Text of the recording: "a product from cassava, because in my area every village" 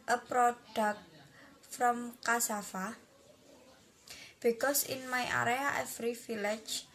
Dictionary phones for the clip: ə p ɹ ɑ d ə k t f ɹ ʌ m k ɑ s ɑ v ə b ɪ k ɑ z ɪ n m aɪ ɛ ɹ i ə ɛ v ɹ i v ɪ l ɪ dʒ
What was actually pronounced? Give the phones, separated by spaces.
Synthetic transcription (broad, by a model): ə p ɹ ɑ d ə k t f ɹ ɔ m k ɑ s ɑ f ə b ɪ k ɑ s ɪ n m aɪ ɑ ɹ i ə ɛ f ɹ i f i l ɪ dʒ